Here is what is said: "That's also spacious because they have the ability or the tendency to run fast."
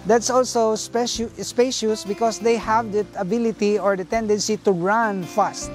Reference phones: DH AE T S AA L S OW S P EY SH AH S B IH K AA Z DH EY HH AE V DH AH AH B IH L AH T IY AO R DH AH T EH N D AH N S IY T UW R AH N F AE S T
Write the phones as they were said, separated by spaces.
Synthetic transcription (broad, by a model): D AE T S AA L S OW S P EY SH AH S B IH K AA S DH EY HH AE V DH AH AH B IH L AH T IY AO R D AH T EH N D AH N S IY T UW R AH N F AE S T